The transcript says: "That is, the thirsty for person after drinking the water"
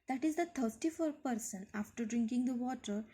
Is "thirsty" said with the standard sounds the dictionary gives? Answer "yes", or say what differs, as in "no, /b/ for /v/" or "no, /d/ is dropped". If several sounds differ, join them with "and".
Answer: no, /t/ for /θ/